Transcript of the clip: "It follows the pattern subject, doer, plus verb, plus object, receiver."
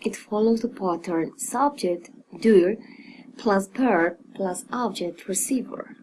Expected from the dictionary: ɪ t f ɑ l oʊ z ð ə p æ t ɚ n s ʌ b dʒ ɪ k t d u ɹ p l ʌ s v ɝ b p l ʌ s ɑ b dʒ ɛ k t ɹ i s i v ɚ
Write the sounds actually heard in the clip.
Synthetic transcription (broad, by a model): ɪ t f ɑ l oʊ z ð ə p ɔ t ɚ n s ʌ b dʒ ɪ k t d u ɹ p l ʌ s p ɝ p l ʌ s ɑ b dʒ ɛ k t ɹ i s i v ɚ